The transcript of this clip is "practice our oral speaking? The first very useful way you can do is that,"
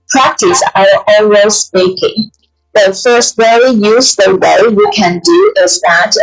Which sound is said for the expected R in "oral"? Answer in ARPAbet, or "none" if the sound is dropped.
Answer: W